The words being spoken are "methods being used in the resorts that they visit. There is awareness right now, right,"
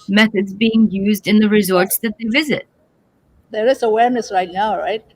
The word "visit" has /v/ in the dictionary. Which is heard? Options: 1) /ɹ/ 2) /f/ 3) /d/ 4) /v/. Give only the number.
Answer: 4